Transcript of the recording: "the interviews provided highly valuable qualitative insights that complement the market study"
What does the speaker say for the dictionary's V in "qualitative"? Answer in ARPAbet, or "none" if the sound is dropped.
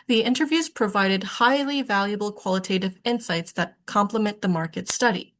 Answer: V